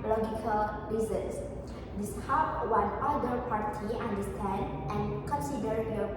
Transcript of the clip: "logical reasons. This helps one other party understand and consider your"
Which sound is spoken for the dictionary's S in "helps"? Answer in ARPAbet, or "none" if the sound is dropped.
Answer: none